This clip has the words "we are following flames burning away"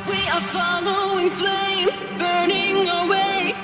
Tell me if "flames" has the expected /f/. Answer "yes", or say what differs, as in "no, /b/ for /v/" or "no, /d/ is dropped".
yes